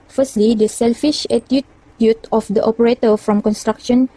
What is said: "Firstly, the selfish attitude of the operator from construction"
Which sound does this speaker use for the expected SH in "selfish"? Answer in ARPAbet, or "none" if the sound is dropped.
SH